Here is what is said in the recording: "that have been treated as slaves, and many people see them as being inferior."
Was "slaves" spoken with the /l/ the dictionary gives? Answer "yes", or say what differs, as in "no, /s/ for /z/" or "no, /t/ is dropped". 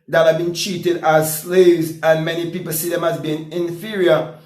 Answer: yes